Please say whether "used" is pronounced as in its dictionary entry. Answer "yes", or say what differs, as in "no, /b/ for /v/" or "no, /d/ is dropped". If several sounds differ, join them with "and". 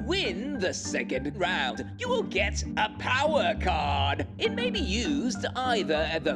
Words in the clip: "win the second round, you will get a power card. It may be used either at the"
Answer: yes